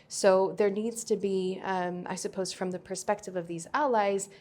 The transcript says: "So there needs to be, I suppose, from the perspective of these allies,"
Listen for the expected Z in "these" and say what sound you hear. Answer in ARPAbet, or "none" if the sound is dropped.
Z